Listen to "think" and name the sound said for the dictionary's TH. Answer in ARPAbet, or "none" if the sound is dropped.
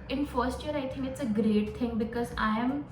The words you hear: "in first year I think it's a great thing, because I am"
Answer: T